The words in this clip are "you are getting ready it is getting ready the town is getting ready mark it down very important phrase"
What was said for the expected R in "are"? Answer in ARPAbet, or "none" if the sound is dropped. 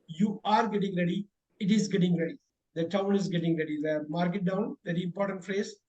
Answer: R